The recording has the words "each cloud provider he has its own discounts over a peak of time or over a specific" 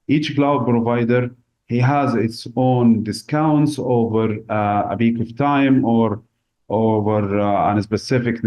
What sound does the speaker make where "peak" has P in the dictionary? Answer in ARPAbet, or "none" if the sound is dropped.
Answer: B